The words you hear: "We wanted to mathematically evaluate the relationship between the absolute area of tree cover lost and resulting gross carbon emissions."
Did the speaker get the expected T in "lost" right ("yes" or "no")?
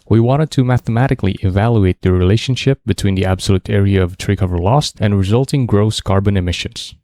yes